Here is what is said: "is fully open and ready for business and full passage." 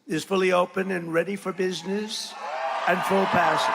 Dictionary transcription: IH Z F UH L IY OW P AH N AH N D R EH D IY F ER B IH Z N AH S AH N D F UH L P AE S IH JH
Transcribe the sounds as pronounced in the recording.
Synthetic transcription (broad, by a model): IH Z F UH L IY OW P AH N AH N R EH D IY F ER B IH Z N AH S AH N F UH L P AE S